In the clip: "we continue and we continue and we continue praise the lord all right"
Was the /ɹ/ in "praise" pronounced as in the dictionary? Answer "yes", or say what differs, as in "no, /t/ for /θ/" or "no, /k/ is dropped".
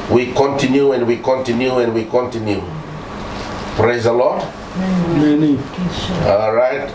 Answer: yes